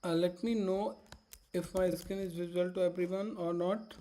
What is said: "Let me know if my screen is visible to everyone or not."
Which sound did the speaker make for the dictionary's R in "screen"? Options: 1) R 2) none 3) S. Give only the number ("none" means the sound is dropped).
2